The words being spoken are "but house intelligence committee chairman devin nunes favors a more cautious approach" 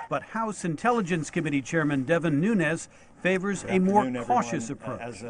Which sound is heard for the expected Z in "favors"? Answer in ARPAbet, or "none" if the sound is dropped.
Z